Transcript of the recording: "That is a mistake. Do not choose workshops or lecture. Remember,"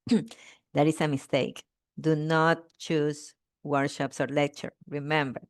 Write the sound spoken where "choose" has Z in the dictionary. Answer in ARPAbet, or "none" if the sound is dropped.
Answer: S